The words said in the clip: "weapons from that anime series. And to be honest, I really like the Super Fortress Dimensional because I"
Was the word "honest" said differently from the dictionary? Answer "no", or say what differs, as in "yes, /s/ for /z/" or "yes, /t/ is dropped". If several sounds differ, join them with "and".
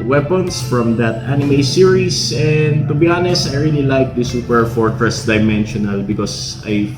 yes, /t/ is dropped